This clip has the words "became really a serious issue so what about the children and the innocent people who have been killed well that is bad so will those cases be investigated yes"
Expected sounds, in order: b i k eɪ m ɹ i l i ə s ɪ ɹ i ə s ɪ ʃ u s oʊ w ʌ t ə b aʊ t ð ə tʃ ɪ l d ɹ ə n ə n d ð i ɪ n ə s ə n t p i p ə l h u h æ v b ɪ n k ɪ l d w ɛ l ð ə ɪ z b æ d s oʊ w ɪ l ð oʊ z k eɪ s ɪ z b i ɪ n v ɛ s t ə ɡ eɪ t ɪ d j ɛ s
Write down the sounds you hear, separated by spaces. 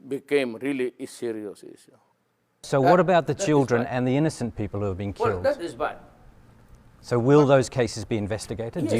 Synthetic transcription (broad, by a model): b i k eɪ m ɹ i l i s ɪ ɹ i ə s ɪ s s oʊ w ʌ t ə b aʊ t ð ə tʃ ɪ l d ɹ ə n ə n ð i ɪ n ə s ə n p i p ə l h u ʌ v b ɪ n k ɪ l d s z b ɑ s oʊ w ɪ l ð oʊ z k eɪ s ɪ z b i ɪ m v ɛ s t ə ɡ eɪ t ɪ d